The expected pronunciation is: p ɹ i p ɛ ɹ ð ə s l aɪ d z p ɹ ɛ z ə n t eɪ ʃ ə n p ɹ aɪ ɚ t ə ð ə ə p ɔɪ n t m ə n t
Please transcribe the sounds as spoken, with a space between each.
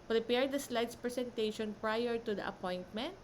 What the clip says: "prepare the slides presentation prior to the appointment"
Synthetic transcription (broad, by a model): p ɹ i p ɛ ɹ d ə s l aɪ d s p ɹ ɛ s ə n t eɪ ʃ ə n p ɹ aɪ ɚ t ə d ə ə p ɔɪ n t m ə n t